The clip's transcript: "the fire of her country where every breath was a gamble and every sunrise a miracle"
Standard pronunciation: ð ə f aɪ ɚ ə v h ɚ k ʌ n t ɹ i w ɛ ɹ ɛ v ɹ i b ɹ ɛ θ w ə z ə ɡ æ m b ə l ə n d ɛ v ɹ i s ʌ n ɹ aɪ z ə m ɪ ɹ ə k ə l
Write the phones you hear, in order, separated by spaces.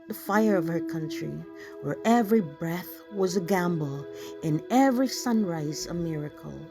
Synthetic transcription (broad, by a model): ð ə f aɪ ɚ ə v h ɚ k ʌ n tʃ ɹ i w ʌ ɹ ɛ v ɹ i b ɹ ɛ θ w ə z ə ɡ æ m b l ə n ɛ v ɹ i s ʌ n ɹ aɪ z ə m ɪ ɹ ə k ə l